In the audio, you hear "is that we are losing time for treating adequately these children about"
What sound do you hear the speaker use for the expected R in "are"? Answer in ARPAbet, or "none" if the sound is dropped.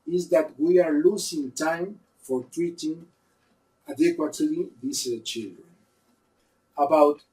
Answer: R